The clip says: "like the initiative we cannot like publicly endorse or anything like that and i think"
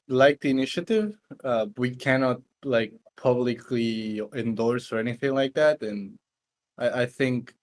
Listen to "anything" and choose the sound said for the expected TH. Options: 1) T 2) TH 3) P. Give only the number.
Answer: 2